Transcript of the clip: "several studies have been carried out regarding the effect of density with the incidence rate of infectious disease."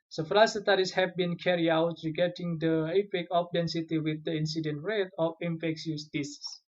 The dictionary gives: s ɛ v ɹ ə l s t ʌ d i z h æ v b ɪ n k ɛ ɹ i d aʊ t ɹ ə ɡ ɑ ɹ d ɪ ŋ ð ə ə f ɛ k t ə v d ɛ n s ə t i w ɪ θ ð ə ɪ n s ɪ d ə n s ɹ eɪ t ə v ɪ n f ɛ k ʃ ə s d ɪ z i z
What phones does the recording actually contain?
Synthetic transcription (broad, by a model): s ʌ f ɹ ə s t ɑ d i s h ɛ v b ɪ n k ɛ ɹ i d aʊ t ɹ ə ɡ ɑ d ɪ ŋ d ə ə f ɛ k ə p d ɛ n s ə t i w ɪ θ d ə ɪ n s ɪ d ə n ɹ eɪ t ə f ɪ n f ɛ k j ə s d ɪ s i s